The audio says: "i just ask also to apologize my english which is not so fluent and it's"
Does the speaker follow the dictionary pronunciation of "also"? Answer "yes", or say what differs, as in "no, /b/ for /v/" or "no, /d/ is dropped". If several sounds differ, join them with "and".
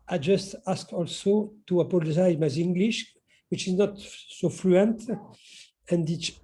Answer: yes